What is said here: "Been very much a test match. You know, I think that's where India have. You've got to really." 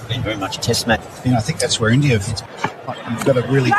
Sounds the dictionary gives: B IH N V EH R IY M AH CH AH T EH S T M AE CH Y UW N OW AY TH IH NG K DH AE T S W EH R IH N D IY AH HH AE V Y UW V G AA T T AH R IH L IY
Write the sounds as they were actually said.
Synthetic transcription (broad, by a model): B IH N V EH R IY M AH CH AH T EH S T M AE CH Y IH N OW AY TH IH NG K DH AE T S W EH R IH N D IY AH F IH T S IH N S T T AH R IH L IY